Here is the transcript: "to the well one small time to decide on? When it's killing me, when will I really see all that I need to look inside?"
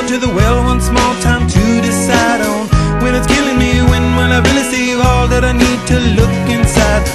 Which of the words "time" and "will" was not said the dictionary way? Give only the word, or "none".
will